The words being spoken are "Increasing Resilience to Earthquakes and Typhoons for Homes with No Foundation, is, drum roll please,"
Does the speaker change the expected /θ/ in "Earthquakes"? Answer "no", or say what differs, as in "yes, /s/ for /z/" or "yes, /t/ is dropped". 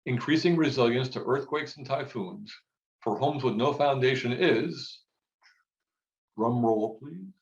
no